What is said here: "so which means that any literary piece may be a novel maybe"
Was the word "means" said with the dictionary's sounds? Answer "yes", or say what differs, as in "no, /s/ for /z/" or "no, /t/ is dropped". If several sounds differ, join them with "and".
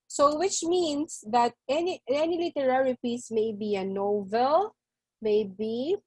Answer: no, /s/ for /z/